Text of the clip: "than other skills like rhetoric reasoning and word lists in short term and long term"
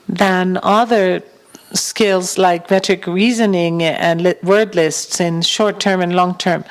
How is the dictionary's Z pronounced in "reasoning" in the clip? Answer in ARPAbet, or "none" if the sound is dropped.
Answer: Z